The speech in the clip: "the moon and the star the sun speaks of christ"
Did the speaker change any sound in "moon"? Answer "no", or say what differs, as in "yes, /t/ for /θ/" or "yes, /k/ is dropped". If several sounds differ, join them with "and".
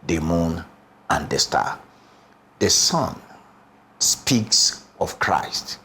no